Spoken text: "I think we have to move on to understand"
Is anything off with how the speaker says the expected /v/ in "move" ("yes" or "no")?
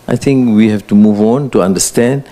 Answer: no